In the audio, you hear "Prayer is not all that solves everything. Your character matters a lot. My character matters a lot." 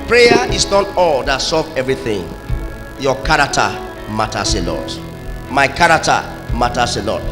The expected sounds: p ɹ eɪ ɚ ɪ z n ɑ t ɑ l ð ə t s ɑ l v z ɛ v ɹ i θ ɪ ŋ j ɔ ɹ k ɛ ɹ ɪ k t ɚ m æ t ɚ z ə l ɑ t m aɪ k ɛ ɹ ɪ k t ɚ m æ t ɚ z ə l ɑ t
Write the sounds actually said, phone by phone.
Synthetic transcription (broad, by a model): p ɹ eɪ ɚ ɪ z n ɑ t ɑ l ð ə t s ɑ v ɛ v ɹ i θ ɪ ŋ j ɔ k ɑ ɹ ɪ k t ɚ m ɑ t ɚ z ə l ɑ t m aɪ k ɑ ɹ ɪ k t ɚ m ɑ t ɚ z ə l ɑ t